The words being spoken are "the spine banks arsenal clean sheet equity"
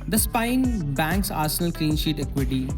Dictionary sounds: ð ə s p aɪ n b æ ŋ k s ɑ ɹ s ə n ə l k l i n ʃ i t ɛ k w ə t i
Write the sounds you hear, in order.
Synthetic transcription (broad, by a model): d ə s p aɪ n b æ ŋ k s ɑ ɹ s ə n ə l k i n ʃ i t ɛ k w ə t i